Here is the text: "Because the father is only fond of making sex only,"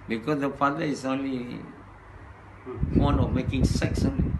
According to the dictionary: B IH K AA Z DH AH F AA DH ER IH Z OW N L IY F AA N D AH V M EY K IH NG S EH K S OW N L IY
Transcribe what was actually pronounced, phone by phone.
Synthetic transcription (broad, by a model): B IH K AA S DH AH F AA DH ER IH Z OW N L IY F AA N AH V M EY K IH NG S EH K S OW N L IY